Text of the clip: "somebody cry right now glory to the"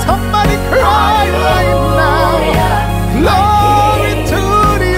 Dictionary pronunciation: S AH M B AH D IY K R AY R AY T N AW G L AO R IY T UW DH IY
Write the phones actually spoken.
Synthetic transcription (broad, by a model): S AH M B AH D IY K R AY L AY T N AW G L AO IY T UW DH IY